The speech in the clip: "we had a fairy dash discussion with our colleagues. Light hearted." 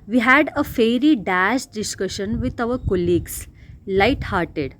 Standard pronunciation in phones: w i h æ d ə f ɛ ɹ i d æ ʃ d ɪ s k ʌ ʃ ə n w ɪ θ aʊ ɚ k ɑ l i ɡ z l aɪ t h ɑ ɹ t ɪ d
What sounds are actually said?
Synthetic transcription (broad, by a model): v i h æ d ə f ɛ ɹ i d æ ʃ d ɪ s k ʌ ʃ ə n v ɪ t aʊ ɚ k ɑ l i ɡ s l aɪ t h ɑ ɹ t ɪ d